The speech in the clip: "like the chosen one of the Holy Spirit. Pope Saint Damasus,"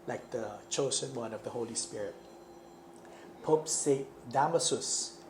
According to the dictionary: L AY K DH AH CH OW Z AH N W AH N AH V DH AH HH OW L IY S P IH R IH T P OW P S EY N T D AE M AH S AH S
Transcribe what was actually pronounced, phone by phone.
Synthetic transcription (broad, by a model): L AY K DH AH CH OW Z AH N W AH N AH V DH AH HH OW L IY S P IH R IH T P OW P S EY T D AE M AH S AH S